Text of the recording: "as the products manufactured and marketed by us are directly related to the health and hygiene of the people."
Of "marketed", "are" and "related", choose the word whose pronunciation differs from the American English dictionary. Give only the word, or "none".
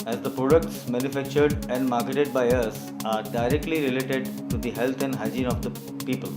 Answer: none